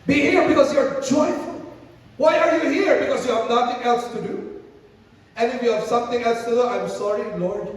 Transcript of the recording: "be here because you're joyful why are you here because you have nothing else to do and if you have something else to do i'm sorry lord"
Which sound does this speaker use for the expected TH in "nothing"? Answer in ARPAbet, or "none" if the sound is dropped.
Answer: T